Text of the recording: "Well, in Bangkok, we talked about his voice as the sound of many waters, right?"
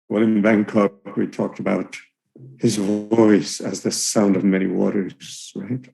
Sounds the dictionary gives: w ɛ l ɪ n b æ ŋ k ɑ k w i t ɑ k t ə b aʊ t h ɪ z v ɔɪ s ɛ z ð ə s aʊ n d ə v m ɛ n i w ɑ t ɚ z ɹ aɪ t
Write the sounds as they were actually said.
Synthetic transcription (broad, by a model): w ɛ l ɪ n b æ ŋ k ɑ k w i t ɑ k t ə b aʊ t h ɪ z v ɔɪ s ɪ z ð ə s aʊ n d ə v m ɛ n i w ɑ t ɚ z ɹ aɪ t